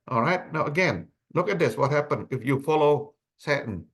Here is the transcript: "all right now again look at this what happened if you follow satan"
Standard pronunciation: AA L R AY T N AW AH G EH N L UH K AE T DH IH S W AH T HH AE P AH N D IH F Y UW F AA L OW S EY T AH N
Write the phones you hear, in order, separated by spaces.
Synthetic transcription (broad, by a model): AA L R AY T N AW AH G EH N L UH K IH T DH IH S W AH T HH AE P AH N IH F Y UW F AA L OW S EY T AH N